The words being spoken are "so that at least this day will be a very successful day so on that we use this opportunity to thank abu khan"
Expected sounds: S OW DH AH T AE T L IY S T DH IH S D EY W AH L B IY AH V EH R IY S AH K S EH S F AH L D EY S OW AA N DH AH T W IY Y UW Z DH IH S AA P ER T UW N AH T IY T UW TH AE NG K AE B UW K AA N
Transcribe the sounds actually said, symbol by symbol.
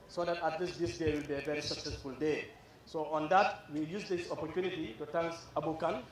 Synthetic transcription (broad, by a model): S OW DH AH T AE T L IY S T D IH S D EY W AH L B IY AH V EH R IY S AH K S EH S F AH L D EY S OW AA N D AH T W IY Y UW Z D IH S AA P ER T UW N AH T IY T UW T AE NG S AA B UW K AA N